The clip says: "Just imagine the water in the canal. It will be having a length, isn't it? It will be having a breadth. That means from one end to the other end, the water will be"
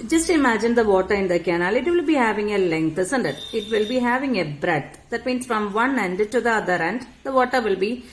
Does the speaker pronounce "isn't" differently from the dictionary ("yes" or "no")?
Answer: yes